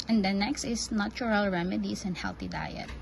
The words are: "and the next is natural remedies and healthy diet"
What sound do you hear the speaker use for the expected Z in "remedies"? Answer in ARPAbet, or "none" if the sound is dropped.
S